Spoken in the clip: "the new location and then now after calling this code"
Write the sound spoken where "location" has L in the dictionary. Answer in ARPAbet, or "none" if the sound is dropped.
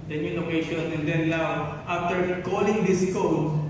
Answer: N